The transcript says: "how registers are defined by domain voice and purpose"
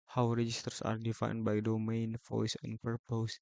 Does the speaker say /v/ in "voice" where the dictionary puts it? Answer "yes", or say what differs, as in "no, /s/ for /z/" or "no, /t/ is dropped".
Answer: no, /f/ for /v/